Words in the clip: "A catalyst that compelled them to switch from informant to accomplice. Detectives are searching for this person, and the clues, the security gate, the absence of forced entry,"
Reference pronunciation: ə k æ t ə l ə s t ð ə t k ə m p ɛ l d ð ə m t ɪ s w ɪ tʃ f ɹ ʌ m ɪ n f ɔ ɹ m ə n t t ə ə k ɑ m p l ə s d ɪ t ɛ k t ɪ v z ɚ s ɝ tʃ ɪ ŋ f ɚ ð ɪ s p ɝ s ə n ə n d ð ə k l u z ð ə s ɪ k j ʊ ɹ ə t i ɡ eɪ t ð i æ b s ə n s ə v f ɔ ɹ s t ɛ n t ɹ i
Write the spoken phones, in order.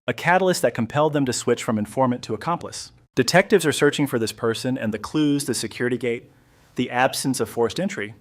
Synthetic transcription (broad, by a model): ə k æ t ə l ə s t ð ə t k ə m p ɛ l d ð ə m t ɪ s w ɪ tʃ f ɹ ʌ m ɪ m f ɔ ɹ m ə n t t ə ə k ɑ m p l ə s d ɪ t ɛ k t ɪ v z ɚ s ɝ tʃ ɪ ŋ f ɚ ð ɪ s p ɝ s ə n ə n ð ə k l u z ð ə s ɪ k j ʊ ɹ ə t i ɡ eɪ t ð i æ b s ə n s ə v f ɔ ɹ s t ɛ n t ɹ i